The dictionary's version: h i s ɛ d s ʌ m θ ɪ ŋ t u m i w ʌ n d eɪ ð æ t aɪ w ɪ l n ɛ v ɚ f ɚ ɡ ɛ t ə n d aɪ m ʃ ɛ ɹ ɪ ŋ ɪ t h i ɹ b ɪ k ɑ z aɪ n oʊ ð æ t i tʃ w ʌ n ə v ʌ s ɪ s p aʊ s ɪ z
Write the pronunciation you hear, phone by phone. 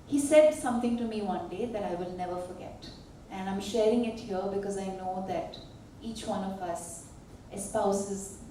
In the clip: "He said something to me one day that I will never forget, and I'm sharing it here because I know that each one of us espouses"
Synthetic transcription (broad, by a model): h i s ɛ d s ʌ m t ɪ ŋ t u m i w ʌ n d eɪ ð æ t aɪ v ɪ l n ɛ v ɚ f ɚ ɡ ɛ t ə n d aɪ m ʃ ɛ ɹ ɪ ŋ ɪ t h i ɹ b ɪ k ɑ z aɪ n oʊ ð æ t i tʃ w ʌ n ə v ʌ s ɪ s p aʊ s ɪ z